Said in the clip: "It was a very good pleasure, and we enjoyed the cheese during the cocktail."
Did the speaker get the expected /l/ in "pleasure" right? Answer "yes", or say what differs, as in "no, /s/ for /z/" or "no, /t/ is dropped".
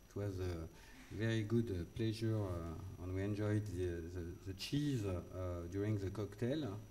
yes